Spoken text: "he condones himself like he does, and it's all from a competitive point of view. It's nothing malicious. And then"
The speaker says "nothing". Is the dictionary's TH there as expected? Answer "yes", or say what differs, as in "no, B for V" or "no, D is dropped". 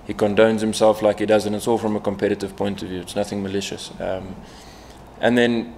yes